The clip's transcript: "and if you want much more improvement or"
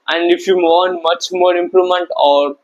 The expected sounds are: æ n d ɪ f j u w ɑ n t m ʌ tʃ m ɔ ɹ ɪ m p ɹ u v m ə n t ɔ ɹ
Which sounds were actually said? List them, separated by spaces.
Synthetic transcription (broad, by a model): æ n d ɪ f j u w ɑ n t m ʌ tʃ m ɔ ɹ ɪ m p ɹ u m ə n t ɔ ɹ